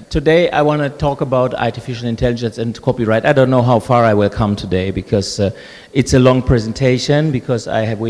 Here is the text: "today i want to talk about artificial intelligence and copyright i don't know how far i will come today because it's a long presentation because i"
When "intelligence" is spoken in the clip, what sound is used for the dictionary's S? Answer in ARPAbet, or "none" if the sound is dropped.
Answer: S